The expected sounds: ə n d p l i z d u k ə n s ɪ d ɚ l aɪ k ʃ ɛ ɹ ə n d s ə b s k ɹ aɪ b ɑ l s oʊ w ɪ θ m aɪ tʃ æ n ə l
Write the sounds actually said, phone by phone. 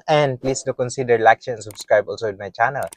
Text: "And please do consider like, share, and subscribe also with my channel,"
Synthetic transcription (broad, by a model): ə n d p l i s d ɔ k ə n s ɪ d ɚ l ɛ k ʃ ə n s ə b s k ɹ aɪ b ɑ l s oʊ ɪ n m aɪ tʃ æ n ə l